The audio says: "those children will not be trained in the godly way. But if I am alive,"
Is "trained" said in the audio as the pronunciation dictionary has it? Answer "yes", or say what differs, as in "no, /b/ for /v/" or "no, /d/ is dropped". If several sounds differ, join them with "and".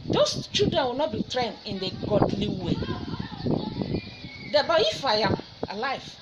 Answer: no, /d/ is dropped